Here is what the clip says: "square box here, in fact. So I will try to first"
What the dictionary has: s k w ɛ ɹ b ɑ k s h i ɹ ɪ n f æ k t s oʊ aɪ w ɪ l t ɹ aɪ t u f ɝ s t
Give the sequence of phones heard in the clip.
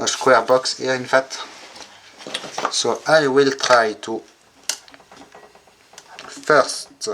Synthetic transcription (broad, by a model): s k w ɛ ɹ b ɑ k s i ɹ ɪ n f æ t s oʊ aɪ w ɪ l t ɹ aɪ t u f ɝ s t